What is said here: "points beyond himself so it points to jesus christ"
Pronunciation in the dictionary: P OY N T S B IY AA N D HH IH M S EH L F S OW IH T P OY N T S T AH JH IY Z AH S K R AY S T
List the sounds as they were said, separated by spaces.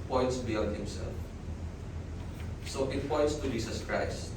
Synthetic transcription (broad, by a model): P OY N T S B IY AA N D HH IH M S EH L F S OW IH T P OY N T S T AH JH IY S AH S K R AY S T